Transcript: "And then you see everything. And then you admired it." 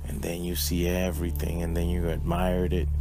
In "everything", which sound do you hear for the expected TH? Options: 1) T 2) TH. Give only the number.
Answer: 2